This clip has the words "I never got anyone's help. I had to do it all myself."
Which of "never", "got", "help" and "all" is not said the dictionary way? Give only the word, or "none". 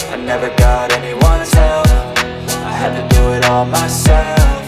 help